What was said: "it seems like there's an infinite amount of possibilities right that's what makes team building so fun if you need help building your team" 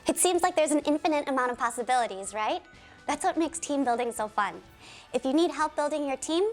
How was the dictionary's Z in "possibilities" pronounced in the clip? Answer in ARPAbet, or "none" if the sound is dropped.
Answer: Z